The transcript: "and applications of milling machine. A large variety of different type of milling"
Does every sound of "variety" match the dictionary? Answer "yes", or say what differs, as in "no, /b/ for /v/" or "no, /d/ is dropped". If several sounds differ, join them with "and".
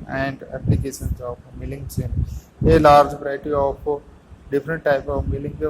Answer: no, /p/ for /v/